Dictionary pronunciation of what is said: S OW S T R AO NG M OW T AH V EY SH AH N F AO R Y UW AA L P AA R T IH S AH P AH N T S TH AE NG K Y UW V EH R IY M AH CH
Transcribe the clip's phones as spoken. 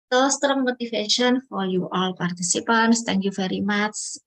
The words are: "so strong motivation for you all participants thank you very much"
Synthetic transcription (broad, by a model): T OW S T R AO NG M OW T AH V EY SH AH N F AO L Y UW AA L P AA R T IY S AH P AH N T S T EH NG K Y UW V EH R IY M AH CH